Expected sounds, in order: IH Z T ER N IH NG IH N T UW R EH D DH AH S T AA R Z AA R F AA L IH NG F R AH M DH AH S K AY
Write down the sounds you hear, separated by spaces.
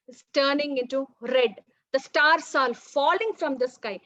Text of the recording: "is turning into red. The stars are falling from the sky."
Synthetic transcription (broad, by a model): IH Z T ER N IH NG IH N T UW R EH D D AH S T AA R S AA L F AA L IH NG F R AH M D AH S K AY